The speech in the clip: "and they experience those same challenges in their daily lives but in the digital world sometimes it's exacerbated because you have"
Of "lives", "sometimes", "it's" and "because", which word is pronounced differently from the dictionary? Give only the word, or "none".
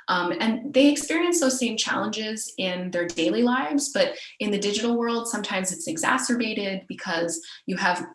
none